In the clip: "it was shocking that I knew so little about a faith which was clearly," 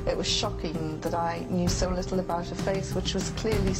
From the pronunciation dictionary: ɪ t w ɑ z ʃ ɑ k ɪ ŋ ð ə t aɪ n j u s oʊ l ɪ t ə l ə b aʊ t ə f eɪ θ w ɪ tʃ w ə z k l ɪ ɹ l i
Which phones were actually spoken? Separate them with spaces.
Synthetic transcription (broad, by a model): ɪ t w ɑ z ʃ ɑ k ɪ ŋ ð ə t aɪ n j u s oʊ l ɪ t l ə b aʊ t ə f eɪ s w ɪ tʃ w ə z k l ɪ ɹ l i